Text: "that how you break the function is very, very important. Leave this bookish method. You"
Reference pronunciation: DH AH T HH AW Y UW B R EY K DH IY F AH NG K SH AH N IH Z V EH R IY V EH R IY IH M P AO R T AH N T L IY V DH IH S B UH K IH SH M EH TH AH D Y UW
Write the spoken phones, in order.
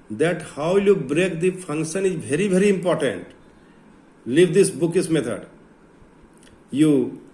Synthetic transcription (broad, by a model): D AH T HH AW Y UW B R EY K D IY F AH NG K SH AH N IH Z V EH R IY V EH R IY IH M P AO R T AH N T L IY V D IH S B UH K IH S M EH T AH D Y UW